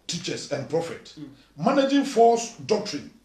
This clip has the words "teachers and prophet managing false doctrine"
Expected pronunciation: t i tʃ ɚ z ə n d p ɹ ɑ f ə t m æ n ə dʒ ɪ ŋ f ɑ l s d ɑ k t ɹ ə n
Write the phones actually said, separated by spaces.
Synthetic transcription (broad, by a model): t i tʃ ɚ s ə n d p ɹ ɑ f ə t m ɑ n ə dʒ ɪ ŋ f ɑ s d ɑ k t ɹ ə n